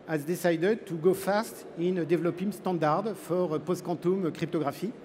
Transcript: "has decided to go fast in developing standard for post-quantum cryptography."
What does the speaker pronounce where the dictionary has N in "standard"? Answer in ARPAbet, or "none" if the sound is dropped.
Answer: none